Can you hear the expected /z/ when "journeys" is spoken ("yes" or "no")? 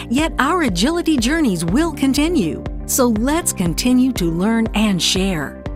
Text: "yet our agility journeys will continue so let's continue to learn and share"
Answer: yes